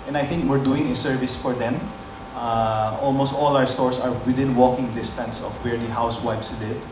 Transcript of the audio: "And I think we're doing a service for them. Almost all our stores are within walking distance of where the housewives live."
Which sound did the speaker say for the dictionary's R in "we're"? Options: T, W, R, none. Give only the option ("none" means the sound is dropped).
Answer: R